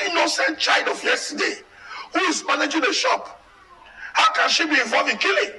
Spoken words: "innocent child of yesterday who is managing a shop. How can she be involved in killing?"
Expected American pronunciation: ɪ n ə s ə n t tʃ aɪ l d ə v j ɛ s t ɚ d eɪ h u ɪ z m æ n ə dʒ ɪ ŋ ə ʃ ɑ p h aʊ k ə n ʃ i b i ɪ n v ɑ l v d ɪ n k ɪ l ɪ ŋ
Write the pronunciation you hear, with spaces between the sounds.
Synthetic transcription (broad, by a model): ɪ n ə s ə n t tʃ aɪ l d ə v j ɛ s t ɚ d eɪ h u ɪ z m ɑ n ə dʒ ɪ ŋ ə ʃ ɑ p h aʊ k ə n ʃ i b i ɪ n v ɑ l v ɪ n k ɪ l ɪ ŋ